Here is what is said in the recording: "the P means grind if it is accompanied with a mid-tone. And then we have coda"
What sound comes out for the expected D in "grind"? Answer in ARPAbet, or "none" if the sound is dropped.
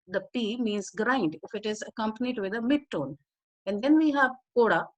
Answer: D